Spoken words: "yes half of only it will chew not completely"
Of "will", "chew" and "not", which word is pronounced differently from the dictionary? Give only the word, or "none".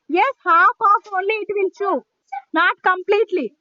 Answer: will